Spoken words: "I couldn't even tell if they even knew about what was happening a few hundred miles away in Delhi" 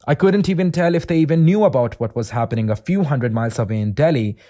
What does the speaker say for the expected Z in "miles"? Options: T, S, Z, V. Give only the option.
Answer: S